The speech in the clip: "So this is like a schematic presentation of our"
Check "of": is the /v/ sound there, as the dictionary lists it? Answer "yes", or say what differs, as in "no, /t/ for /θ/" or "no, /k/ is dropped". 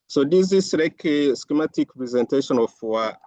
no, /w/ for /v/